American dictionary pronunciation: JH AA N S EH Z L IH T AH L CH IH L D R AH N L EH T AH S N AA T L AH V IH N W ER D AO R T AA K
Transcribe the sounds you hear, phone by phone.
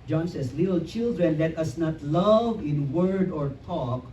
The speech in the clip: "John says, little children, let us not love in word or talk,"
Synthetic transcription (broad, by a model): JH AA N S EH S L IH T AH L CH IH L D R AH N L EH T AH S N AA T L AH V IH N W ER D AO R T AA K